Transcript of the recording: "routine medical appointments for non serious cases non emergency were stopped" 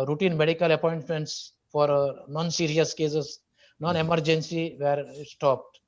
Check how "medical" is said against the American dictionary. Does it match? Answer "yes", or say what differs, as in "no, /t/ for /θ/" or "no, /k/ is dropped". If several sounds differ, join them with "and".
yes